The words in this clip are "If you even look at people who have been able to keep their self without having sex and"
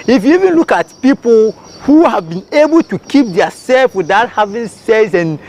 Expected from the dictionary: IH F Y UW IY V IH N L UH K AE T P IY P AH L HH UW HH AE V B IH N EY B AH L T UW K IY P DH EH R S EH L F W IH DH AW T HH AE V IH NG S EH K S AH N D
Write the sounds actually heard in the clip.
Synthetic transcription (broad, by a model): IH F Y UW IY V IH N L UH K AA T P IY P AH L HH UW HH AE V B IH N EY B AH L T UW K IY P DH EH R S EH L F W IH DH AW T HH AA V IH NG S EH S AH N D